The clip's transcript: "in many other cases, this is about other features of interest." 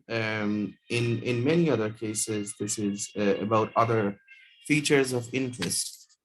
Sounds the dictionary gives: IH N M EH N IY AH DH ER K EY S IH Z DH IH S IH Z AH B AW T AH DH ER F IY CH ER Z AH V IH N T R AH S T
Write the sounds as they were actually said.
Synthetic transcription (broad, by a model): IH N M EH N IY AH DH ER K EY S IH Z DH IH S IH Z AH B AW T AH DH ER F IY CH ER Z AH V IH N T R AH S T